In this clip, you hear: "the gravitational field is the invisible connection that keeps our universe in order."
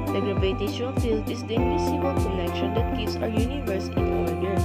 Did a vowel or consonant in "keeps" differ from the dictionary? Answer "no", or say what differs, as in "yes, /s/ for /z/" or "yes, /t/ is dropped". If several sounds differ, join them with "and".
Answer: yes, /p/ is dropped